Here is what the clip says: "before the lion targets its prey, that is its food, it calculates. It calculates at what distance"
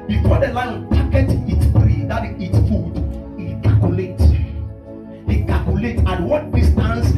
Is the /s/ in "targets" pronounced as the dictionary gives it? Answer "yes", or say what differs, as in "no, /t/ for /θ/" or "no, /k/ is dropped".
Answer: no, /s/ is dropped